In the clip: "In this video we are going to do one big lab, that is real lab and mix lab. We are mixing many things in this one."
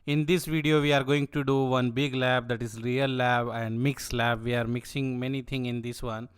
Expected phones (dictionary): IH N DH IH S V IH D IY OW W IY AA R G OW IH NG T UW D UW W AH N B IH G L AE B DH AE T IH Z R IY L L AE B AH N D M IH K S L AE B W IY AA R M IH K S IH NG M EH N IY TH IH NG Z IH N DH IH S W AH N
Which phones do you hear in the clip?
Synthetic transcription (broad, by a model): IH N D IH S V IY D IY OW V IY AA R G OW IH NG T UW D UW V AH N B IH G L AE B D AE T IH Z R IY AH L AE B AH N D M IH K S L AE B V IY AA R M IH K S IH NG M EH N IY T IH NG IH N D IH S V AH N